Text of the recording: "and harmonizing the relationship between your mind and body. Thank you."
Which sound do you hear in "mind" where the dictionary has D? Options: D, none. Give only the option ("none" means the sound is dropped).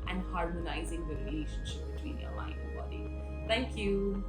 none